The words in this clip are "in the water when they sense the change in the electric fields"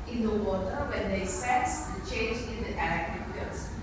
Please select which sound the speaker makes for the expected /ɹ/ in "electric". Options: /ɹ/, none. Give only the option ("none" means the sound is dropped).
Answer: none